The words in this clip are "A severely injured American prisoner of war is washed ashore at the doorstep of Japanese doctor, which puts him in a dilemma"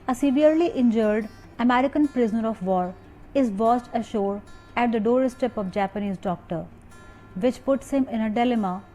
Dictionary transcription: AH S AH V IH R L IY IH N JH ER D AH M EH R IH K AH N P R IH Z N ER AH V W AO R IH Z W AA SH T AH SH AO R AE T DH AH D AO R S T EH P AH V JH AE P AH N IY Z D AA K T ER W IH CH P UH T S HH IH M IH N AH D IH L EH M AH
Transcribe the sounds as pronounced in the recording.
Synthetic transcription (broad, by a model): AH S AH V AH R L IY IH N JH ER D AH M EH R IH K AH N P R IH Z N ER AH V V AO R IH Z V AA S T AH SH AO R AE T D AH D AO R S T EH P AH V JH AE P AH N IY Z D AA K T ER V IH CH P UH T S HH IH M IH N AH D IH L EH M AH